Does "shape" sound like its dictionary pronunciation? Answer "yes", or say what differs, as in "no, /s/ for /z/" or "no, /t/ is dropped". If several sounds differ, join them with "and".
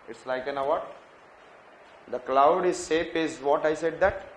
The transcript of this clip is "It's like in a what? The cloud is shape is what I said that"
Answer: no, /s/ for /ʃ/